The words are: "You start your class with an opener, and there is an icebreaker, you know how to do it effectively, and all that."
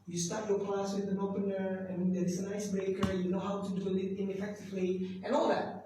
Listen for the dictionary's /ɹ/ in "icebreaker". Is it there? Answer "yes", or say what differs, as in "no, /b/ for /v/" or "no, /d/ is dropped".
no, /ɹ/ is dropped